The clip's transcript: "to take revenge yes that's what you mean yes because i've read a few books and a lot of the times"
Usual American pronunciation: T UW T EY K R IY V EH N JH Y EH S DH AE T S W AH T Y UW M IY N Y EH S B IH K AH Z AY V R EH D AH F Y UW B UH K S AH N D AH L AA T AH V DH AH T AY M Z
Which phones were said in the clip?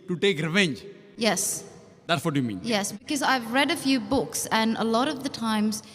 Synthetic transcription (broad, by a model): T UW T EY K R IY V EH N JH Y EH S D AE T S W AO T Y UW M IY N Y EH S B IH K AH Z AY V R EH D AH F Y UW B UH K S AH N AH L AA T AH V DH AH T AY M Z